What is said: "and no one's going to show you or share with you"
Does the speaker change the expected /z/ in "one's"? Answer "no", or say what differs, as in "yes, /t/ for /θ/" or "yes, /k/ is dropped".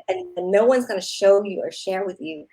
no